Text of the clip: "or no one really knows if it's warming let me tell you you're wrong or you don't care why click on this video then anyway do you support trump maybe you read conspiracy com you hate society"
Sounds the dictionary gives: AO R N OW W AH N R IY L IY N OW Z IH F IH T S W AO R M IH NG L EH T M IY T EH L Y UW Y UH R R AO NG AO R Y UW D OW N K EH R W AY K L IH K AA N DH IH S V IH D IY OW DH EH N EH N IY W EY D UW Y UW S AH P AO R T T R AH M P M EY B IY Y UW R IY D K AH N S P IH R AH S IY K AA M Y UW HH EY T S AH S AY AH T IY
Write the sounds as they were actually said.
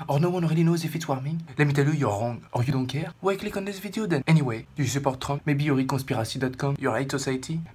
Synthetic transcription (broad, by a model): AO R N OW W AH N R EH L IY N OW Z IH F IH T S W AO R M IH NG L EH M IY T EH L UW Y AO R R AO NG AO R Y UW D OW K EH R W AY K L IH K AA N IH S V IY D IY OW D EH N EH N IY W EY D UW S AH P AO R T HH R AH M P M EY B IY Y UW R IY D K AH S P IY R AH S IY K AA M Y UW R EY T S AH S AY T IY